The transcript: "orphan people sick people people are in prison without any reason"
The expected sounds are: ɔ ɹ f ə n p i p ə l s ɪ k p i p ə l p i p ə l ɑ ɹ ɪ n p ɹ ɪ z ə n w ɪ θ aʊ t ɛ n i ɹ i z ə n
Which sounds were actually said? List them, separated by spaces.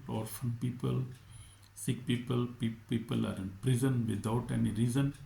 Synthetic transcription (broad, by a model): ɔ ɹ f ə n p i p ə l s ɪ k p i p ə l p i p ə l ɑ ɹ ɪ n p ɹ ɪ z ə n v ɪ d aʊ t ɛ n i ɹ i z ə n